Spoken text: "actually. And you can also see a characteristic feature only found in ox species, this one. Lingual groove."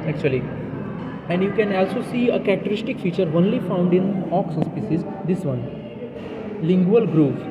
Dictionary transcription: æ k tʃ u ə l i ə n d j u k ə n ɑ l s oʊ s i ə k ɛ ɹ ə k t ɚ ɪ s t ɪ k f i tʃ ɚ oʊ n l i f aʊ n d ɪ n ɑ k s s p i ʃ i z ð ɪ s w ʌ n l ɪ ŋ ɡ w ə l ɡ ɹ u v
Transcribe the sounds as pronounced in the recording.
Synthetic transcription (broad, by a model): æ k tʃ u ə l i ə n d j u k ə n ɑ l s oʊ s i ə k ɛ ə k t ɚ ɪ s t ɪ k f i tʃ ɚ oʊ n l i f aʊ n d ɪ n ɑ k s s p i s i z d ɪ s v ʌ n l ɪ ŋ ɡ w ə l ɡ ɹ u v